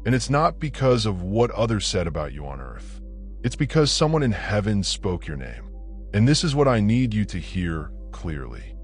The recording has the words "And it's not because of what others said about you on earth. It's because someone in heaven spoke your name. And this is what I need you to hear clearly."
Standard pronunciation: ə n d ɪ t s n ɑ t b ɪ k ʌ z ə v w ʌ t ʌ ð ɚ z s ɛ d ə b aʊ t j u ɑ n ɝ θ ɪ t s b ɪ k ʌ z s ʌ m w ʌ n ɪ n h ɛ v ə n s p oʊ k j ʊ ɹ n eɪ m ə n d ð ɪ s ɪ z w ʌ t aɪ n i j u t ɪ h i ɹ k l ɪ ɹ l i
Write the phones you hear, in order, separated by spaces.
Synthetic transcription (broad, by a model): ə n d ɪ t s n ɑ t b ɪ k ʌ z ə v w ʌ t ʌ ð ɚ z s ɛ d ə b aʊ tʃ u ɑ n ɝ θ ɪ t s b ɪ k ʌ z s ʌ m w ʌ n ɪ n h ɛ v ə n s p oʊ k j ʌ ɹ n eɪ m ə n ð ɪ s ɪ z w ʌ t aɪ n i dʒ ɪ t ɪ h i ɹ k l ɪ ɹ l i